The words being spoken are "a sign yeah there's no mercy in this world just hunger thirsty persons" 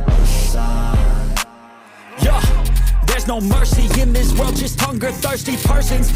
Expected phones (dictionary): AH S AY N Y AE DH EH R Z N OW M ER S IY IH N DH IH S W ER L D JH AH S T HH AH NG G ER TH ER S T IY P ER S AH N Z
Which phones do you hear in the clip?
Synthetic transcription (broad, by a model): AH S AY Y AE DH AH R Z N OW M ER S IY IH N DH IH S W ER L D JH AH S T HH AH NG G ER TH ER S T IY P ER S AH N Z